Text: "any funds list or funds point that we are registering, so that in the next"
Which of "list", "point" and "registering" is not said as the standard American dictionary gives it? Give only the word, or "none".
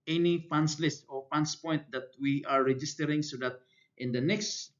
none